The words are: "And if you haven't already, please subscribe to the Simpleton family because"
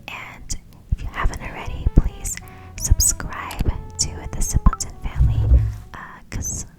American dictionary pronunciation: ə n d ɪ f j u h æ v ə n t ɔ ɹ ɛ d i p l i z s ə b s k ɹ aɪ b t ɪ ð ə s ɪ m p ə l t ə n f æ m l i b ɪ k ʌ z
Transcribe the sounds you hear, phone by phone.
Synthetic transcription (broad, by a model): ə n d ɪ f j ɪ h æ v ə n t ɹ ɛ d i p l i z s ə b s k ɹ aɪ b t ɪ ð ə s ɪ p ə n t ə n f æ m l i k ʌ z